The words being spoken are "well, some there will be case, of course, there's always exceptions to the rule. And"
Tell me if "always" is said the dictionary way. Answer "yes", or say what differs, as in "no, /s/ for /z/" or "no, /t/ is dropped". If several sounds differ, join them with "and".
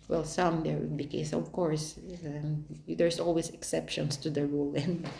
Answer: no, /s/ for /z/